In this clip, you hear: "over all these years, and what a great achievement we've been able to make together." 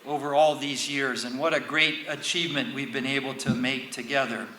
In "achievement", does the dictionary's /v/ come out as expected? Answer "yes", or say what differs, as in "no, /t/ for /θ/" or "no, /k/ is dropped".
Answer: yes